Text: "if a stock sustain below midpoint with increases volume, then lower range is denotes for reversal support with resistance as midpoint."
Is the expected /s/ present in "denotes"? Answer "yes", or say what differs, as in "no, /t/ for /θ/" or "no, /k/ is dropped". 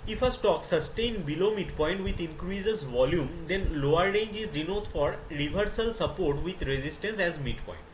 no, /s/ is dropped